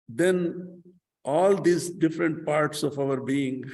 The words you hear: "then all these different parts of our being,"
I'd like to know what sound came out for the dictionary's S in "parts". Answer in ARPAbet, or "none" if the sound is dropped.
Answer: S